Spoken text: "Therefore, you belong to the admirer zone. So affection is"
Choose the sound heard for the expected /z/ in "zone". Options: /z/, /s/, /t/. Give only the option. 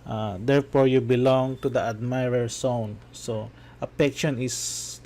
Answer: /s/